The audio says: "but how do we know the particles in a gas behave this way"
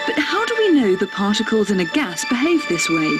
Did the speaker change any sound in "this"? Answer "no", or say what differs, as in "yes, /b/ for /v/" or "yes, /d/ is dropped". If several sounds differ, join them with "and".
no